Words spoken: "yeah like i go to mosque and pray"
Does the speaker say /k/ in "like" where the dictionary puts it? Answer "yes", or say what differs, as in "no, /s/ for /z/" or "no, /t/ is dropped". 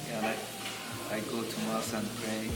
no, /k/ is dropped